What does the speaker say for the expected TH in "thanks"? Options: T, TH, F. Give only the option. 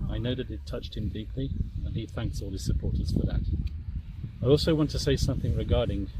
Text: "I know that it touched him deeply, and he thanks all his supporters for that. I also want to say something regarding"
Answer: TH